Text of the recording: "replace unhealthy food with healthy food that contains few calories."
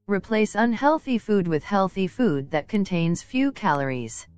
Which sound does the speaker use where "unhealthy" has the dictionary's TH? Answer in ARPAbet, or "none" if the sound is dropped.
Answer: TH